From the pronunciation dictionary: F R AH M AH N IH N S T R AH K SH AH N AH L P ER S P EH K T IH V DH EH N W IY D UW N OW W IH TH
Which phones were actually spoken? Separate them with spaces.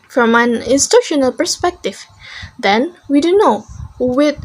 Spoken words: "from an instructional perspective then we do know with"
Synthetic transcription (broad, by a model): F R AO M AH N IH N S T UW SH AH N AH L P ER S P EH K T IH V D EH N W IY D UW N OW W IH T